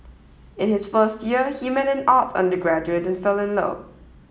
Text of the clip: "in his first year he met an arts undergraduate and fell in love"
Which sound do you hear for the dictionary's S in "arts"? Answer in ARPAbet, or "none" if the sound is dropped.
none